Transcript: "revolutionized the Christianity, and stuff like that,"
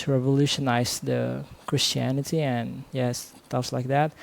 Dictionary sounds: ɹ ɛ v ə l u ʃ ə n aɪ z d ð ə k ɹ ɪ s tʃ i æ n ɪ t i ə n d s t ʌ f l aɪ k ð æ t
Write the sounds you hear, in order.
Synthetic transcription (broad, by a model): ɹ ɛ v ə l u ʃ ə n aɪ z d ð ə k ɹ ɪ s tʃ i æ n ɪ t i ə n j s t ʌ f l aɪ k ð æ t